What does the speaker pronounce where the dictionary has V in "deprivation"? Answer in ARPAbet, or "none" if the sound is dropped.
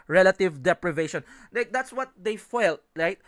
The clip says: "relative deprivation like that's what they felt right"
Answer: V